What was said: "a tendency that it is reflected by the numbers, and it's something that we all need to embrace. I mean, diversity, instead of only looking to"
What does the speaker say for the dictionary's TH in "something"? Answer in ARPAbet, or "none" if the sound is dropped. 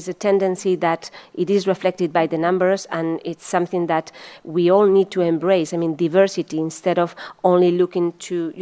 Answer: TH